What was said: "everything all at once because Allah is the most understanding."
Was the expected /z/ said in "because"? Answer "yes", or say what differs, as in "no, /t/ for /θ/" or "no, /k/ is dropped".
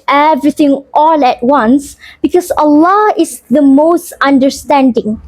no, /s/ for /z/